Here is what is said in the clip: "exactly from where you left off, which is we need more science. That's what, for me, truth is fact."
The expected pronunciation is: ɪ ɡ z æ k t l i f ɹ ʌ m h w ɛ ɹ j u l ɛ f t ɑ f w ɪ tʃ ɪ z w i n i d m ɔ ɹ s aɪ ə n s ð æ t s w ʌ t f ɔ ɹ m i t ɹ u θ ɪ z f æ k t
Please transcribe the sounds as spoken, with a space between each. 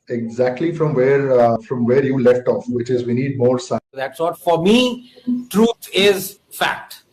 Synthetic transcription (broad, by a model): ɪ ɡ z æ k t l i f ɹ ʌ m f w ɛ ɹ j u l ɛ f t ɑ f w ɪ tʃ ɪ z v i n i d m ɔ ɹ s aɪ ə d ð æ t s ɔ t f ɔ ɹ m i t ɹ u t ɪ z f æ k t